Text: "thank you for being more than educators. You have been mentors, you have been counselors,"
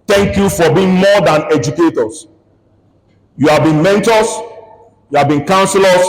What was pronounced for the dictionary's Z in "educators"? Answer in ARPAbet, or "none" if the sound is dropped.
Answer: S